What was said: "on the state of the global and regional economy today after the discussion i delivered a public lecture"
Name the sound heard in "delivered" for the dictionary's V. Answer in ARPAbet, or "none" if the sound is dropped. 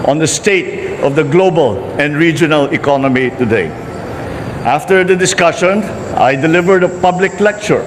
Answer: V